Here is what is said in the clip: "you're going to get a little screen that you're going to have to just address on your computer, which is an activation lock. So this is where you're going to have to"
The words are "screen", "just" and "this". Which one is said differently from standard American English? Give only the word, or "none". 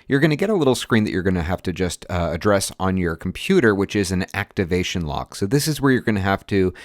none